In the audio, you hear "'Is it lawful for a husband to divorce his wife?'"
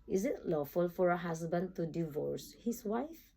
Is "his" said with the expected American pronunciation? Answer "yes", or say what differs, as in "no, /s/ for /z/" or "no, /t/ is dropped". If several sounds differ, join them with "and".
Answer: no, /s/ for /z/